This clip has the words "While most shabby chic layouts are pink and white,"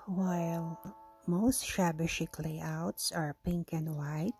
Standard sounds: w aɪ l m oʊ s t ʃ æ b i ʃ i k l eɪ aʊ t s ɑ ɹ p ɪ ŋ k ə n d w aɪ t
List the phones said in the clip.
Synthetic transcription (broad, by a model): w aɪ l m oʊ s t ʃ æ b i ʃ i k l eɪ aʊ t s ɑ ɹ p ɪ ŋ k ə n d w aɪ t